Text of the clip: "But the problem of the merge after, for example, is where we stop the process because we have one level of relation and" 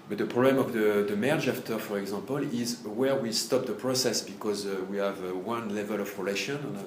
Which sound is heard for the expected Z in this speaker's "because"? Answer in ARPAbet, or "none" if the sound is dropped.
Z